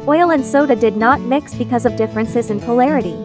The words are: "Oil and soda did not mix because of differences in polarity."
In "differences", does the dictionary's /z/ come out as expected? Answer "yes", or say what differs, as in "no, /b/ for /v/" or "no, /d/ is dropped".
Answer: yes